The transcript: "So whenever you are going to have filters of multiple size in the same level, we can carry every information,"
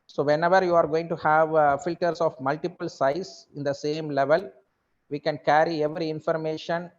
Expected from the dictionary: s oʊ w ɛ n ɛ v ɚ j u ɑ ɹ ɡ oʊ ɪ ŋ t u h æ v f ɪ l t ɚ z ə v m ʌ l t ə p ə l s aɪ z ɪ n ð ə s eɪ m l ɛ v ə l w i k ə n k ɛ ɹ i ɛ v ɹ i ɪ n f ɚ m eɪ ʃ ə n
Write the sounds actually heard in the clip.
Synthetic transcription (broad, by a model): s oʊ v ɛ n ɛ v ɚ j u ɑ ɹ ɡ oʊ ɪ ŋ t u h æ v f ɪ l t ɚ s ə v m ʌ l t ə p ə l s aɪ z ɪ n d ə s eɪ m l ɛ v ə l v i k ə n k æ ɹ i ɛ v ɹ i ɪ n f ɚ m eɪ ʃ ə n